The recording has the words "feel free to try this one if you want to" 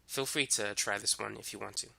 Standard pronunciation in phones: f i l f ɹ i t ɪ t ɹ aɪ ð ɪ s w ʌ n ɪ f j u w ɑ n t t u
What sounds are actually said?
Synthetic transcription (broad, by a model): f i l f ɹ i t ɪ t ɹ aɪ ð ɪ s w ʌ n ɪ f j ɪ w ɑ n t t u